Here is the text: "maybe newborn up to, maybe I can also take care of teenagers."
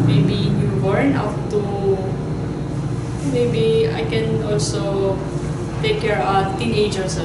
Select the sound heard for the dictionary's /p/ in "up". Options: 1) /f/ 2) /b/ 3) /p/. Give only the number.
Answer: 1